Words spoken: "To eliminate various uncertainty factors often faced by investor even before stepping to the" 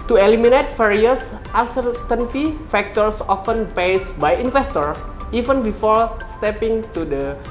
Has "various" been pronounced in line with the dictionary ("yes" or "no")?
no